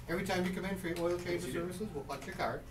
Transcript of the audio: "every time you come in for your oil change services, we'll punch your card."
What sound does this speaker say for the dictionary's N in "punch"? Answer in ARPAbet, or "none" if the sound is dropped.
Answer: none